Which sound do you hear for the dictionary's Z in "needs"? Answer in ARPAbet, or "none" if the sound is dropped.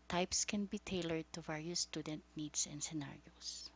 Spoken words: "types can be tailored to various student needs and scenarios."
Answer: S